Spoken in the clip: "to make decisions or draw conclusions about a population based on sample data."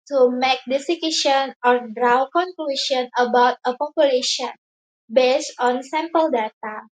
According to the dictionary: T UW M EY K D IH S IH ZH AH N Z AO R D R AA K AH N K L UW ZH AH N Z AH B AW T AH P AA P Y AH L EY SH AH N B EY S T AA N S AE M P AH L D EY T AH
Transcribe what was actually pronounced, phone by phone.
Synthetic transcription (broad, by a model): T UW M EY K D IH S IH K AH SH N AO R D R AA K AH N K L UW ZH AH N AH B AW T AH P AA P Y AH L EY SH AH N B EY S T AA N S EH M P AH L D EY T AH